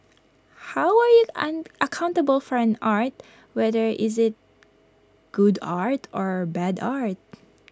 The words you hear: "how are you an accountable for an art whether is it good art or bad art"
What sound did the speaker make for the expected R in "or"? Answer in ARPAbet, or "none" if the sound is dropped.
R